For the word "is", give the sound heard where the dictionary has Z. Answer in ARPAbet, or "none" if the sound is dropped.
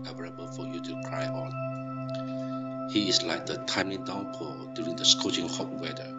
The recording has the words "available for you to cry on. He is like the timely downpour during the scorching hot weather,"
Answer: S